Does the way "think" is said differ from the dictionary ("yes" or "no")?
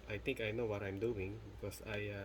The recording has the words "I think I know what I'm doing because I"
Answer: yes